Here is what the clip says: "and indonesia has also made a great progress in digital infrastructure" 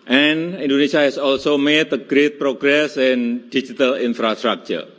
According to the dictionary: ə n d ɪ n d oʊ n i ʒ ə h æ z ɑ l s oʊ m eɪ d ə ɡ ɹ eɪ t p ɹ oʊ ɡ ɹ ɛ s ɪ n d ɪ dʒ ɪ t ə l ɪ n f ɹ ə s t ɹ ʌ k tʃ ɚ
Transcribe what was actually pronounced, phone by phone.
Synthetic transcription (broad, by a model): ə n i n d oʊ n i s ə h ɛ s ɑ l s oʊ m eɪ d ə ɡ ɹ eɪ t p ɹ oʊ ɡ ɹ ɛ s ɪ n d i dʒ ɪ t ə l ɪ n f ɹ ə s t ɹ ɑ k tʃ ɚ